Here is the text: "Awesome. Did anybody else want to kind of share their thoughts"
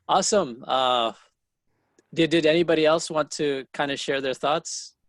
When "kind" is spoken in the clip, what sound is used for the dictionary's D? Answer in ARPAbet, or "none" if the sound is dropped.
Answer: D